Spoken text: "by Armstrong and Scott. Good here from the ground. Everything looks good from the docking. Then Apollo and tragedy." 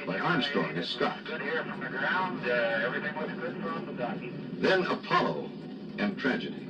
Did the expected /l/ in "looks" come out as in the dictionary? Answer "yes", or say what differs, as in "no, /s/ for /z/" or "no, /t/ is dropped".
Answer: no, /w/ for /l/